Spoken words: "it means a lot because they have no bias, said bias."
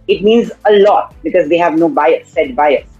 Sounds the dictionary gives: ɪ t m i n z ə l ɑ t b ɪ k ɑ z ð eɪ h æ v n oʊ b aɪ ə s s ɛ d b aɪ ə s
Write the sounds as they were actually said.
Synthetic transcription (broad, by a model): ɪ t m i n z ə l ɑ t b ɪ k ɑ z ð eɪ h æ v n oʊ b aɪ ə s s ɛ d b aɪ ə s